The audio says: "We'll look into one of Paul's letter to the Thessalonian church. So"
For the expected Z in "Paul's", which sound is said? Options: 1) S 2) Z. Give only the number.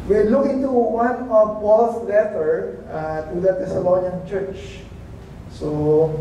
1